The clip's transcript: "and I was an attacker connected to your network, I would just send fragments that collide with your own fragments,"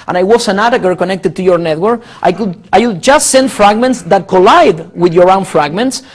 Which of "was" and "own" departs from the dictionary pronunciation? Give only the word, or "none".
was